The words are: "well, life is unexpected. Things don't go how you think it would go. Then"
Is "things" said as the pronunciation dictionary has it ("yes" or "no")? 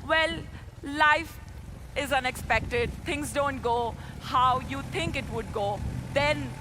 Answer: no